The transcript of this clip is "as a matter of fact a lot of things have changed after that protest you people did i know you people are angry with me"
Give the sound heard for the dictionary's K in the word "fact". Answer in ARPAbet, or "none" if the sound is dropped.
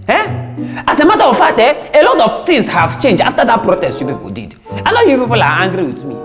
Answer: none